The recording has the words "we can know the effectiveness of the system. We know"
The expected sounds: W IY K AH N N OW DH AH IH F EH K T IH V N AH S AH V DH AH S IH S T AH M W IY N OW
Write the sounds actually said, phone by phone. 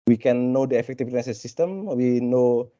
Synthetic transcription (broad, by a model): W IY K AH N N OW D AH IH F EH K T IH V AH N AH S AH S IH S T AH M W IY N OW